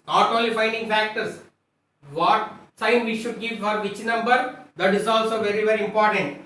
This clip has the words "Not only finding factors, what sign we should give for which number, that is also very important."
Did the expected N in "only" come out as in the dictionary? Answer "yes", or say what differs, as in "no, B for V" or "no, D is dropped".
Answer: no, N is dropped